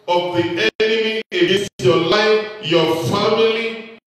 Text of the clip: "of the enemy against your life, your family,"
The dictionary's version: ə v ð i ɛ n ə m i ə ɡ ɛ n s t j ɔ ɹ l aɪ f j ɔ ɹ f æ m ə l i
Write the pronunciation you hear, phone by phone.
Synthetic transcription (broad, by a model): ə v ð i ɛ n ə m i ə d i s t j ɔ l aɪ f j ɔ f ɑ m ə l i